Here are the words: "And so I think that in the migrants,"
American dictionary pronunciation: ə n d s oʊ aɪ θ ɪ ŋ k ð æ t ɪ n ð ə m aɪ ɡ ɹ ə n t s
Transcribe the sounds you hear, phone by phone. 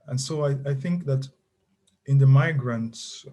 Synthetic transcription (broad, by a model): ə n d s oʊ aɪ θ ɪ ŋ k ð æ t ɪ n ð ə m aɪ ɡ ɹ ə n t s